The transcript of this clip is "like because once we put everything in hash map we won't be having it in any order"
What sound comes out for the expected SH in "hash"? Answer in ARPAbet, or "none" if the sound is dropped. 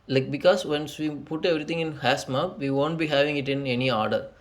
S